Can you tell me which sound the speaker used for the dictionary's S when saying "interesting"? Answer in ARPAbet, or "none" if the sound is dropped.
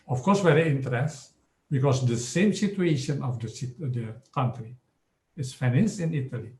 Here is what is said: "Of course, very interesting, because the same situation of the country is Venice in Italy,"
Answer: none